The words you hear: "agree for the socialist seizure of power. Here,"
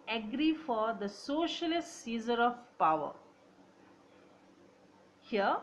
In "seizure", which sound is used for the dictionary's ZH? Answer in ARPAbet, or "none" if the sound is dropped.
Z